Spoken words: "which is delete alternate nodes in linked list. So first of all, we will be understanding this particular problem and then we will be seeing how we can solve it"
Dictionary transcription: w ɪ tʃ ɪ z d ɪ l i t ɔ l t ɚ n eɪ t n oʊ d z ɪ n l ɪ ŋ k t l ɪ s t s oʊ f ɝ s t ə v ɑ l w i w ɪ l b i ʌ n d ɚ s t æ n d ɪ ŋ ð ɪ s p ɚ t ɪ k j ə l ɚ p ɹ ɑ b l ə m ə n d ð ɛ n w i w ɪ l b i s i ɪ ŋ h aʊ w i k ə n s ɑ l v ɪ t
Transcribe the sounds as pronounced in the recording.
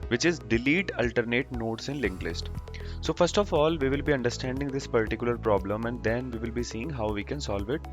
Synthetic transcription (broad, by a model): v ɪ tʃ ɪ z d ɪ l i t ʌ l t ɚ n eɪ t n oʊ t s ɪ n l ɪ ŋ k l ɪ s t s oʊ f ɝ s t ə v ɑ l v i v ɪ l b i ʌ n d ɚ s t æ n d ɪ ŋ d ɪ s p ɚ t ɪ k j ə l ɚ p ɹ ɑ b l ə m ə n d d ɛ n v i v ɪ l b i s i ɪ ŋ h aʊ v i k ə n s ɑ l v ɪ t